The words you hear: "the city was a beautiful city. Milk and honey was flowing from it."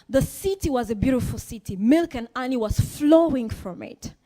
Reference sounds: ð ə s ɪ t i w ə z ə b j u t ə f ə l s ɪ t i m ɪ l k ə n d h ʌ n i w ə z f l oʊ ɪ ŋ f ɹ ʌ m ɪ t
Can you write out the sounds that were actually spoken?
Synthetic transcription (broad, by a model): ð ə s ɪ t i w ə z ə b j u t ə f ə l s ɪ t i m ɪ l k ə n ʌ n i w ə z f l oʊ ɪ ŋ f ɹ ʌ m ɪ t